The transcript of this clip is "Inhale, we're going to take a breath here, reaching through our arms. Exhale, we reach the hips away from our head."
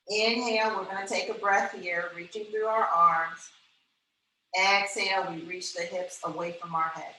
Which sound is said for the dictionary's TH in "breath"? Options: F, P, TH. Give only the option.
TH